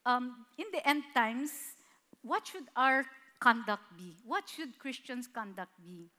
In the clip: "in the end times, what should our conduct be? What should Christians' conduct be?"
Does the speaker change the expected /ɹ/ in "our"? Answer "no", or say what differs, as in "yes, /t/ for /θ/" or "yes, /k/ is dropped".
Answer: no